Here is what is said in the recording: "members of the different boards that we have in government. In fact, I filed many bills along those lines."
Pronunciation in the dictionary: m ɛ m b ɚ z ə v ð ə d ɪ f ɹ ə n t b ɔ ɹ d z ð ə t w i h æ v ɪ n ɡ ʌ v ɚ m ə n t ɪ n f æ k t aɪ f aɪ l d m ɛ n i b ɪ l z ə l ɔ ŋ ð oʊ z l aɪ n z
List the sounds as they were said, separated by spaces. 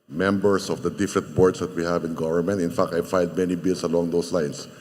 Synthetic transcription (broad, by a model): m ɛ m b ɚ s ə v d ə d ɪ f ɹ ə n t b ɔ ɹ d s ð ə t w i h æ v ɪ n ɡ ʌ v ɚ m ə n t ɪ n f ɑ k t aɪ f aɪ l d m ɛ n i b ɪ l s ə l ɔ ŋ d oʊ s l aɪ n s